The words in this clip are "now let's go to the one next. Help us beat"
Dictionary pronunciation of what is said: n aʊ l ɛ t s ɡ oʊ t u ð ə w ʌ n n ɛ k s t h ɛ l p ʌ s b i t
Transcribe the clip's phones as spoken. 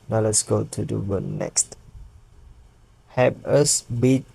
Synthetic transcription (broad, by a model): n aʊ l ɛ t s ɡ oʊ t u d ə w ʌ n n ɛ k s t h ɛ p ʌ s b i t